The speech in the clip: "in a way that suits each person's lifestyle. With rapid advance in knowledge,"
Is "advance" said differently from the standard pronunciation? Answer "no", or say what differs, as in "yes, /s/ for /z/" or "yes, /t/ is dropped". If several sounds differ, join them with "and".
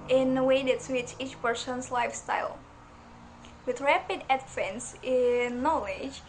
yes, /f/ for /v/